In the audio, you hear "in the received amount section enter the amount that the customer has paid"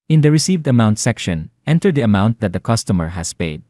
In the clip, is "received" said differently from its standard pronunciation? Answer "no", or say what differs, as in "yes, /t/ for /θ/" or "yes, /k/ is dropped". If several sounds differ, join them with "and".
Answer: no